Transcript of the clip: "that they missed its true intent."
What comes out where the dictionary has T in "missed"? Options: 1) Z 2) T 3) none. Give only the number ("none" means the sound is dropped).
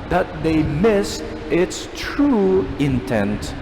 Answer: 2